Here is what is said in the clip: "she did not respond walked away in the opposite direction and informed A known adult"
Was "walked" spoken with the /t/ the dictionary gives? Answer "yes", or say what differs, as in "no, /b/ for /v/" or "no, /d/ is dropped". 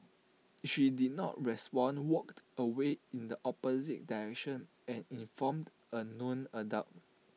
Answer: yes